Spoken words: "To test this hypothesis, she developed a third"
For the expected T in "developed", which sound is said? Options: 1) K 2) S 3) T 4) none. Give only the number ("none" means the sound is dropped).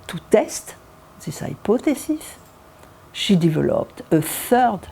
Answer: 3